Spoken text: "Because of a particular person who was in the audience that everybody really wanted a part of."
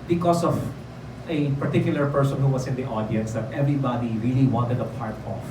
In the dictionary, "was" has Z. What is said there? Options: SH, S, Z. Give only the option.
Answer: S